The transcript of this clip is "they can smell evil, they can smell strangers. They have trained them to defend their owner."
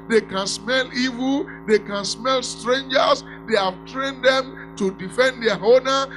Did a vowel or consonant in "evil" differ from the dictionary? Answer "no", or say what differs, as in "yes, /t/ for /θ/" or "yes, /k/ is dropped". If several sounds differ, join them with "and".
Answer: no